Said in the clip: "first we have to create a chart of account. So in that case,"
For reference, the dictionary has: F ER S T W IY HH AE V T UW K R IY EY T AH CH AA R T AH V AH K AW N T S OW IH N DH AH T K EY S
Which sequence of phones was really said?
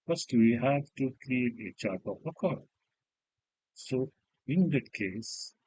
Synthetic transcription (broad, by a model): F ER S T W IY HH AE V T UW K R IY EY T AH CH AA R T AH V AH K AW T S OW IH N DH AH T K EY S